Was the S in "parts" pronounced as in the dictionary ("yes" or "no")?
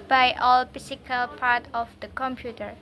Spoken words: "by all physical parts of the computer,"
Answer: no